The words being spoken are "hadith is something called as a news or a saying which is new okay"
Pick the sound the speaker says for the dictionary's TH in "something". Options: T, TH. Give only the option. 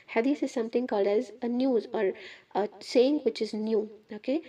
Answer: T